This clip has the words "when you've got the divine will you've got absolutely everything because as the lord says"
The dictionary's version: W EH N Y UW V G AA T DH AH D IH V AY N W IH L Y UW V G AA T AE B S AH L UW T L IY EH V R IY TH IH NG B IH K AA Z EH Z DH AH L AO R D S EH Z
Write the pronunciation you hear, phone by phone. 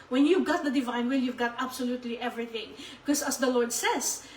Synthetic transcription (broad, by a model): W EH N Y UW V G AA T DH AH D IH V AY N W IH L Y UW V G AA T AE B S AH L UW T L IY EH V R IY TH IH NG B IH K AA S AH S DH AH L AO R D S EH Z